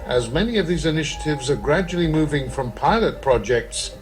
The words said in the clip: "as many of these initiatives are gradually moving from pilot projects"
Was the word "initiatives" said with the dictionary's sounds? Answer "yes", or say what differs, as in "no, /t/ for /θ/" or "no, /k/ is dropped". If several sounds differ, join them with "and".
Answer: yes